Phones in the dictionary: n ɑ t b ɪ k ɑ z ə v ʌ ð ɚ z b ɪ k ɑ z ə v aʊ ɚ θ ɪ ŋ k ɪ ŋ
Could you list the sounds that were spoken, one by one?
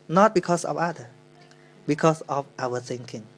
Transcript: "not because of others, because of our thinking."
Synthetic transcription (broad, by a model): n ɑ t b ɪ k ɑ s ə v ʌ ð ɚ b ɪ k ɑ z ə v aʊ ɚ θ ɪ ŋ k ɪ ŋ